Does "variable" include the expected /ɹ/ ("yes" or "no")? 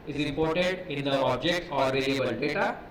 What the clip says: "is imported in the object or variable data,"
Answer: no